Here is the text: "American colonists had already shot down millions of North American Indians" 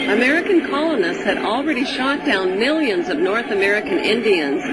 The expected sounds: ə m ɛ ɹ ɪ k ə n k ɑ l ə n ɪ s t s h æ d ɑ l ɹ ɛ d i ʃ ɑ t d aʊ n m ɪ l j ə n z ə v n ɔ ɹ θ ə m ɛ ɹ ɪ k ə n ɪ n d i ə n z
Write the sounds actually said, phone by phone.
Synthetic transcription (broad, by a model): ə m ɛ ɹ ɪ k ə n k ɑ l ə n ɪ s t s h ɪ d l ɹ ɛ d i ʃ ɑ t d aʊ n m ɪ l j ə n z ə v n ɔ ɹ θ ə m ɛ ɹ ɪ k ə n ɪ n d i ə n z